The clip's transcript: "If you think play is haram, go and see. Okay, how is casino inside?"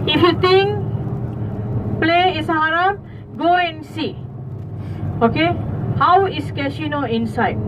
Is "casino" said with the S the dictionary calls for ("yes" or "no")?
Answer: no